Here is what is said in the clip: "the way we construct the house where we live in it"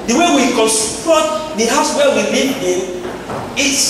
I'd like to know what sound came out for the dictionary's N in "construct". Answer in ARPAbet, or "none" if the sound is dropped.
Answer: none